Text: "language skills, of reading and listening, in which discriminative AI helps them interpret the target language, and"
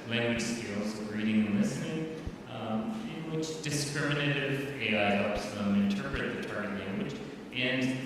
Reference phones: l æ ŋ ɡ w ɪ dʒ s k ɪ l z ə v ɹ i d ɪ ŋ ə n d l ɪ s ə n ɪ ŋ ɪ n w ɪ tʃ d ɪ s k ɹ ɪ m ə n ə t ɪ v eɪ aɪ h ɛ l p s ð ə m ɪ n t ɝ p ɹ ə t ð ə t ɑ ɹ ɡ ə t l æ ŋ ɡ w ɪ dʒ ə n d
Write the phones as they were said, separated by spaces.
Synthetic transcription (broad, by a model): l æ ŋ ɡ w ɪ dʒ s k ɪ l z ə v ɹ i d ɪ ŋ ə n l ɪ s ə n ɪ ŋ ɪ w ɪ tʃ d ɪ s k ɹ ɪ m ə n ə t ɪ v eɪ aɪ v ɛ p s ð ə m ɪ n t ɝ p ɹ ə t ð ə t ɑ ɹ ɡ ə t l æ ŋ ɡ w ɪ dʒ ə n